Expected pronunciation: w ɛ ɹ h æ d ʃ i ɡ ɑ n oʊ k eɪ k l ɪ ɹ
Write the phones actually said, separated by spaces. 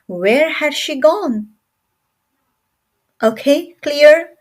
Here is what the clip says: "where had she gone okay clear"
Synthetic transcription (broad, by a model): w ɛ ɹ h æ d ʃ i ɡ ɑ n oʊ k eɪ k l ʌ ɹ